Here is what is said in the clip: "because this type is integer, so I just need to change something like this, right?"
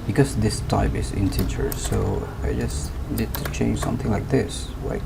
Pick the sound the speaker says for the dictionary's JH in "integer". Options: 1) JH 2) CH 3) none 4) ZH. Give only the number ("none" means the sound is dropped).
2